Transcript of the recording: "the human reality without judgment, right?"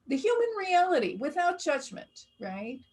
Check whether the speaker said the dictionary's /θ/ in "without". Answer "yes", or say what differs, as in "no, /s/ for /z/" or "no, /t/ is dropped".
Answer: yes